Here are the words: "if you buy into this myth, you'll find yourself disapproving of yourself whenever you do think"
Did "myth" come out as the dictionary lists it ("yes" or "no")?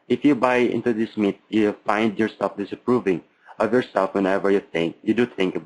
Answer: no